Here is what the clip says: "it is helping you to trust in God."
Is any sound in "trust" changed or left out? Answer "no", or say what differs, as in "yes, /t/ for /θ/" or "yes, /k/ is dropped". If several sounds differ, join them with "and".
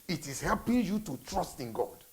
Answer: no